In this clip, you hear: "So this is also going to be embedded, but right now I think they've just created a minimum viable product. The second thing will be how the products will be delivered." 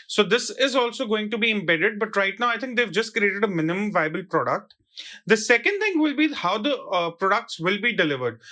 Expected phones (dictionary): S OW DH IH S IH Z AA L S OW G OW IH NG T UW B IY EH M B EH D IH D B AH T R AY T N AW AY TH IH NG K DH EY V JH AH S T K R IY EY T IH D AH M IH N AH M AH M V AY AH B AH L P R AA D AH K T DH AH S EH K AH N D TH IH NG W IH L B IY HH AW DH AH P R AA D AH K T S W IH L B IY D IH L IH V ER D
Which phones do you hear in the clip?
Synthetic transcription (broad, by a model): S OW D IH S IH Z AA L S OW G OW IH NG T UW B IY EH M B EH D IH D B AH T R AY T N AW AY T IH NG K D EY V JH AH S T K R IY EY T IH D AH M IH N AH M AH M V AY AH B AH L P R AA D AH K T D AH S EH K AH N D T IH NG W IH L B IY HH AW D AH P R AA D AH K T S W IH L B IY D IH L IH V ER D